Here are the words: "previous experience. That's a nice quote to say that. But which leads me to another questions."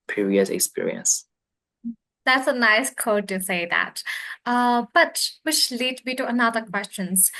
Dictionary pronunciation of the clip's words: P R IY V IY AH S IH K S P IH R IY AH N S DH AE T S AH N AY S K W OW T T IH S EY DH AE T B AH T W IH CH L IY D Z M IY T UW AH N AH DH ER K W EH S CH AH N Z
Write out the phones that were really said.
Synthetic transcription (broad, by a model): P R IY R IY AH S IH K S P IH R IY AH N S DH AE T S AH N AY S K OW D T IH S EY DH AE T B AH T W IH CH L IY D M IY T UW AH N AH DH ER K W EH S CH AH N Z